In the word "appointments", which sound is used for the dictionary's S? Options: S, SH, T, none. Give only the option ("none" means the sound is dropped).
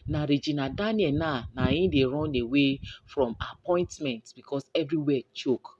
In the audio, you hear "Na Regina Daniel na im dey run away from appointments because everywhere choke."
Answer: none